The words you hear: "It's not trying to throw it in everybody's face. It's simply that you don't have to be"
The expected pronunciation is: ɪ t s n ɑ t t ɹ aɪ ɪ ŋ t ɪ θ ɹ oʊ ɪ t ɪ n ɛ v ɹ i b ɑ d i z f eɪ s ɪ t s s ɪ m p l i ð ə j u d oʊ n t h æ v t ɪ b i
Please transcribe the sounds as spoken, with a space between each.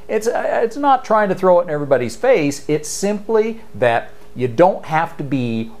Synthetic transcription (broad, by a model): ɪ t s n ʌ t t ɹ aɪ ɪ ŋ t ɪ θ ɹ oʊ ɪ t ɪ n ɛ v ɹ i b ɑ d i z f eɪ s ɪ t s s ɪ m p l i ð ə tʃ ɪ d oʊ n t h æ f t ɪ b i